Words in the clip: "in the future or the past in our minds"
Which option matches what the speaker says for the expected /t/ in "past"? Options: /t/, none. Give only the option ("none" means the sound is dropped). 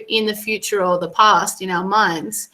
/t/